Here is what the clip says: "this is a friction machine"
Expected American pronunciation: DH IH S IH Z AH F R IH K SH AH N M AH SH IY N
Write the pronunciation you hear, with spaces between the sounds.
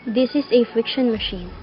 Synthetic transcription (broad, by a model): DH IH S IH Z AH F R IH K SH AH N M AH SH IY N